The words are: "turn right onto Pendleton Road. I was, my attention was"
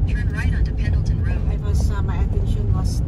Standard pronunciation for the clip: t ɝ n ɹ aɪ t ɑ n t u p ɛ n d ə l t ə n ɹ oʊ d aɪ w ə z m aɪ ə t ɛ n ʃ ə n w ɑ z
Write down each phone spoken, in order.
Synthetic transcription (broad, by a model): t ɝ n ɹ aɪ t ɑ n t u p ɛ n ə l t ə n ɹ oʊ aɪ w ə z m aɪ ə t ɛ n ʃ ə n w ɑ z